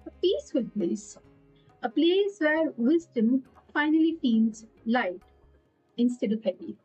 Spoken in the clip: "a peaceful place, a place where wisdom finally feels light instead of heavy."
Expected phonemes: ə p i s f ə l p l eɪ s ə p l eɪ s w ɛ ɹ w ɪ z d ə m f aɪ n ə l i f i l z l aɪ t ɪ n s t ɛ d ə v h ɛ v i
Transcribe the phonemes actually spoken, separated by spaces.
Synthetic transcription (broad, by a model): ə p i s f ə l p l eɪ s ə p l eɪ s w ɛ ɹ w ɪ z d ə m f aɪ n ə l i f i n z l aɪ t ɪ n s t ɛ d ə v h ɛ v i